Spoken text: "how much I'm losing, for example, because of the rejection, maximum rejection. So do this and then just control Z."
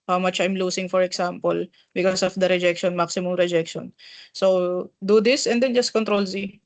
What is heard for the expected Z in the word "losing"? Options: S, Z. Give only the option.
S